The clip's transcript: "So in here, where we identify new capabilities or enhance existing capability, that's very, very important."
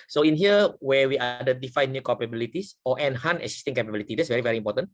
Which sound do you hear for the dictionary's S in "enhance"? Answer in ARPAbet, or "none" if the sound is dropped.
none